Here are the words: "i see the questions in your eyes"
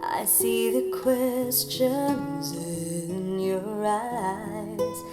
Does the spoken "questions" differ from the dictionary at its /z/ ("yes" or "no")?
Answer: no